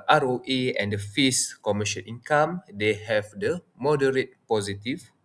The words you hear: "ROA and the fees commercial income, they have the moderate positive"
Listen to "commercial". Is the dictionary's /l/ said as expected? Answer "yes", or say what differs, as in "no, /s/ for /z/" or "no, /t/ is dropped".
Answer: no, /n/ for /l/